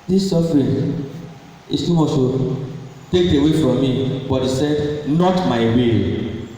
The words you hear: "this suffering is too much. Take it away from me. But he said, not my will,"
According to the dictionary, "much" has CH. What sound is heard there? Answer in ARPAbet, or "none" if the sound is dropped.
S